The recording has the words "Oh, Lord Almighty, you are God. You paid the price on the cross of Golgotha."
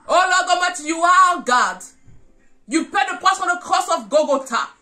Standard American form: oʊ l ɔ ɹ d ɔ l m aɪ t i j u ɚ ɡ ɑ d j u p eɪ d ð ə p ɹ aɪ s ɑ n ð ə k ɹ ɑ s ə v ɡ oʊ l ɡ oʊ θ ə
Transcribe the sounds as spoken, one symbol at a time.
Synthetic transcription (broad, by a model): oʊ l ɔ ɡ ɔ m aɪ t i j u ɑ ɡ ɑ d j u p eɪ d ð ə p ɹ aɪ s ɑ n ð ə k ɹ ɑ s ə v ɡ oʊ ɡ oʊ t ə